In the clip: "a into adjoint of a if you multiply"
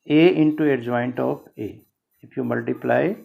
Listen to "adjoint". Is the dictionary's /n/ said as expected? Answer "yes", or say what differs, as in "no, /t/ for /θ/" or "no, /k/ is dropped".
yes